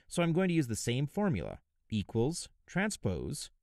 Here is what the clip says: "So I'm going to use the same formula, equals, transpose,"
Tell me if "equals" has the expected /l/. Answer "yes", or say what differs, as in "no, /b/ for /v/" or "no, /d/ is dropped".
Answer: yes